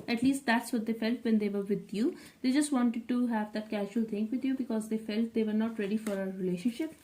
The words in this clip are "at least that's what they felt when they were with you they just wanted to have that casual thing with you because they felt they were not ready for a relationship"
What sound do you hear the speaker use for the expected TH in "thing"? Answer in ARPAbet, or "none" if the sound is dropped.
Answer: T